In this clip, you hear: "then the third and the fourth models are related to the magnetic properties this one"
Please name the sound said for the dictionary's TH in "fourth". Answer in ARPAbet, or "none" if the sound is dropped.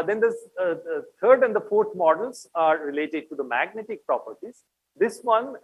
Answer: T